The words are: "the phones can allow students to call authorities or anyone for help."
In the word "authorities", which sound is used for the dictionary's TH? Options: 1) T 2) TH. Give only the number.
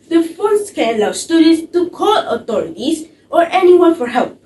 1